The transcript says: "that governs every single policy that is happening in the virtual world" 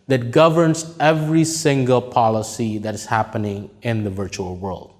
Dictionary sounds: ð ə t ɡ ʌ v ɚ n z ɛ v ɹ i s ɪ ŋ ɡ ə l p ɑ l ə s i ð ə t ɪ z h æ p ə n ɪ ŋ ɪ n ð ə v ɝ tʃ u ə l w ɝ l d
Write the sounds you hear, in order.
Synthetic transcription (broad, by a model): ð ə t ɡ ʌ v ɚ n z ɛ v ɹ i s ɪ ŋ ɡ ə l p ɑ l ə s i ð ə t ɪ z h æ p ə n ɪ ŋ ɪ n ð ə v ɝ tʃ u ə l w ɝ l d